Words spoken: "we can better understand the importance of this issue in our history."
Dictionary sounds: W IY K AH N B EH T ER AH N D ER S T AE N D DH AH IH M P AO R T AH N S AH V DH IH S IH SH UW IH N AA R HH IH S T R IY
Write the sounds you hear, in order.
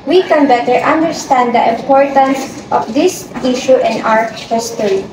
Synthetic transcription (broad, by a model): W IY K AH N B EH T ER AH N D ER S T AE N D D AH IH M P AO R T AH N S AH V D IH S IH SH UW IH N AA W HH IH S T R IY